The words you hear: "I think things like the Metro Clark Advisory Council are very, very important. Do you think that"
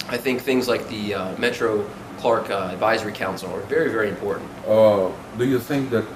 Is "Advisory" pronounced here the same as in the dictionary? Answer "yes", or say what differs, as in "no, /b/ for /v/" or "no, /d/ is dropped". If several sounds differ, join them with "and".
yes